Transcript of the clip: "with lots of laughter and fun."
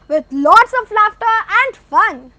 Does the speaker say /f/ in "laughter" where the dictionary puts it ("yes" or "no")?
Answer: yes